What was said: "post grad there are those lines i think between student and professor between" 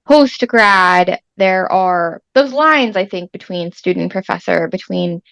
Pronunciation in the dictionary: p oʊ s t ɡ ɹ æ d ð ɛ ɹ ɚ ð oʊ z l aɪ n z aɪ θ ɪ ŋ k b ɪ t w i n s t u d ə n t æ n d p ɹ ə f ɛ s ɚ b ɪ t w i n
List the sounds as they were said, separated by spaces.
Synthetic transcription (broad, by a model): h oʊ s t ɡ ɹ æ d ð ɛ ɹ ɚ ð oʊ z l aɪ n z aɪ θ ɪ ŋ k b ɪ t w i n s t u d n n p ɹ ə f ɛ s ɚ b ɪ t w i n